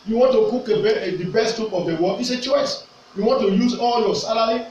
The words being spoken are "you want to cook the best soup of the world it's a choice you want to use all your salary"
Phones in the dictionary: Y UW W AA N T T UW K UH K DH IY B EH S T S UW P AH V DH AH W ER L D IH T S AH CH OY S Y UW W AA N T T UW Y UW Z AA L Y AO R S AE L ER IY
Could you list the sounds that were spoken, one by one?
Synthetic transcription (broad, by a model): Y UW W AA N T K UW K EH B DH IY B EH S T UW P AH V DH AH W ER D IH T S AH CH OY S Y UW W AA N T T UW Y UW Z AA L Y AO S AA L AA IY